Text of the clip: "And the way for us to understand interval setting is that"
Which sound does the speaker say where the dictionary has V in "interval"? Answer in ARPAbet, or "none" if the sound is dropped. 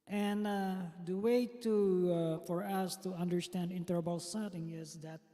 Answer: B